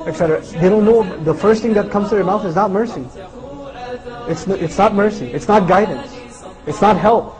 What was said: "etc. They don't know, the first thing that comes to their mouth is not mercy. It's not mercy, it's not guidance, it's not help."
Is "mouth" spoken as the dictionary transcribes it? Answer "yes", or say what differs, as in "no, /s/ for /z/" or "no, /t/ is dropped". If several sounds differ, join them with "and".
yes